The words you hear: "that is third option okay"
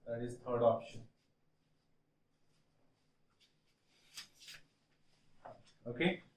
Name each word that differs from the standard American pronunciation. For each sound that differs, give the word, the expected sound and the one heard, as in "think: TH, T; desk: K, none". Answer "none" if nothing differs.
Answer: third: TH, T